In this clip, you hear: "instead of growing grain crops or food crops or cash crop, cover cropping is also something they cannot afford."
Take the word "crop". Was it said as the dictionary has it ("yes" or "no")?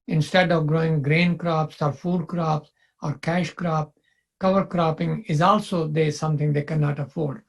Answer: yes